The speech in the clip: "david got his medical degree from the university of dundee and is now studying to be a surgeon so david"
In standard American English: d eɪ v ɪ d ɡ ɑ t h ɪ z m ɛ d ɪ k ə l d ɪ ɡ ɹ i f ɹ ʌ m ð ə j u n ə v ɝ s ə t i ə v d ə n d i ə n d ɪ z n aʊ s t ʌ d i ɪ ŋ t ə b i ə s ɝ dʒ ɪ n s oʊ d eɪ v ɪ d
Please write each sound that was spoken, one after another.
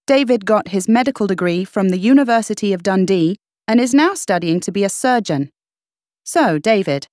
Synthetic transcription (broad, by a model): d eɪ v ɪ d ɡ ɑ t h ɪ z m ɛ d ɪ k ə l d ɪ ɡ ɹ i f ɹ ʌ m ð ə j u n ə v ɝ s ə t i ə v d ə n d i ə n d ɪ z n aʊ s t ʌ d i ɪ ŋ t ə b i ə s ɝ dʒ ɪ n s oʊ d eɪ v ɪ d